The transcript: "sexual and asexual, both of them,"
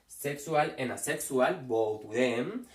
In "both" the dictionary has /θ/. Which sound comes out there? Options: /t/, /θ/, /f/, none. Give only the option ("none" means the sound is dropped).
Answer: /t/